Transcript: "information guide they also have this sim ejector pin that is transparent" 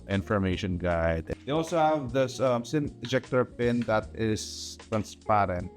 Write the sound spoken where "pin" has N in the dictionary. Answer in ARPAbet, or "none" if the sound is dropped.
N